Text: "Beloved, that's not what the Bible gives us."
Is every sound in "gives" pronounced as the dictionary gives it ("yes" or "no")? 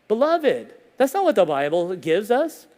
yes